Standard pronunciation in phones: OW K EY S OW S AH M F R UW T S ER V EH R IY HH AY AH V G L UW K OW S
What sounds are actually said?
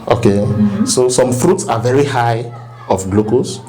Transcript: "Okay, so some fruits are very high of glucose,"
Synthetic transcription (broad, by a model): OW K EY S OW S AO M F R UW T S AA V EH R IY HH AY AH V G L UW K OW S